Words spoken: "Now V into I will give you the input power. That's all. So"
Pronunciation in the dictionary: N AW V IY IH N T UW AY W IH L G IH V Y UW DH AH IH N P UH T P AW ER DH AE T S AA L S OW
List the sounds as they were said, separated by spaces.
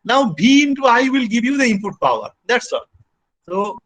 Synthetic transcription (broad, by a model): N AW B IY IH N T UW AY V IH L G IH V Y UW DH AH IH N P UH T P AW ER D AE T S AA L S OW